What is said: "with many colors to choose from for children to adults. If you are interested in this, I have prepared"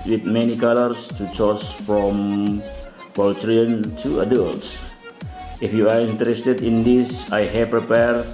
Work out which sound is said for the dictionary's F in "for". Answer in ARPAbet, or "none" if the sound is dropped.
P